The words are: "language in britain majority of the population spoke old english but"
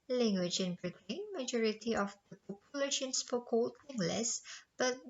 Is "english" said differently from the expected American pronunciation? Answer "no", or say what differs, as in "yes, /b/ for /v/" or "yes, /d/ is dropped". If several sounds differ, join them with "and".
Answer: yes, /s/ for /ʃ/